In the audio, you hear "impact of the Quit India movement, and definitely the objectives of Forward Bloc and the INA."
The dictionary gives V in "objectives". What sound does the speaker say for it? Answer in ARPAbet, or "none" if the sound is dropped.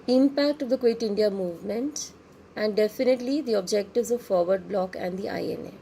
V